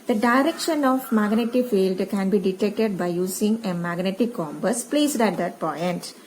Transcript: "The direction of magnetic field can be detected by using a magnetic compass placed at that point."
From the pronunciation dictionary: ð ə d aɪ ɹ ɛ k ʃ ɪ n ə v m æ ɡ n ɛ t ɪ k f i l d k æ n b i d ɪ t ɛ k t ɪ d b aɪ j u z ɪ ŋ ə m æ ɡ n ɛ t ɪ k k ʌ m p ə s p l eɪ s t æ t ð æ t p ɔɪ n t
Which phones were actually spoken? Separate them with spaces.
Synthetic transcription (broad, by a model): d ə d aɪ ɹ ɛ k ʃ ɪ n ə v m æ ɡ n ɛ t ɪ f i l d k æ n b i d ɪ t ɛ k t ɪ d b aɪ j u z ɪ ŋ ə m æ ɡ n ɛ t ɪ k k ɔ m b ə s p l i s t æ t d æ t p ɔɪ n t